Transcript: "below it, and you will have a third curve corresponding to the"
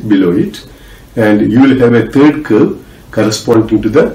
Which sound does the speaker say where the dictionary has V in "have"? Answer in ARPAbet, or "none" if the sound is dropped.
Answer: V